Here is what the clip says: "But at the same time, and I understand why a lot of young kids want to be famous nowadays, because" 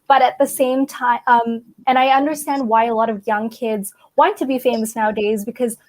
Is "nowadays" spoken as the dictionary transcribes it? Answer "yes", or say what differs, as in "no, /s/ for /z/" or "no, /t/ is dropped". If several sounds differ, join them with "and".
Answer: yes